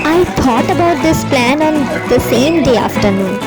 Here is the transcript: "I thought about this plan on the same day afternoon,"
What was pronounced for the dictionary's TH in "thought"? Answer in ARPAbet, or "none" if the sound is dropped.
T